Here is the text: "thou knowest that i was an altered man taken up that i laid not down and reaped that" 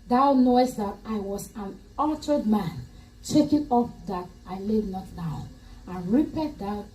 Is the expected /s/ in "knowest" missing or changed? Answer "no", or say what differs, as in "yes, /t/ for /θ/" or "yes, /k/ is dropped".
no